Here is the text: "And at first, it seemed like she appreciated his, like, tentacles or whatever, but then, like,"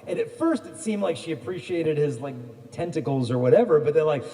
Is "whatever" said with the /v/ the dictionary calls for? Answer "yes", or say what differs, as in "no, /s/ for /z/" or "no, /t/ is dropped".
yes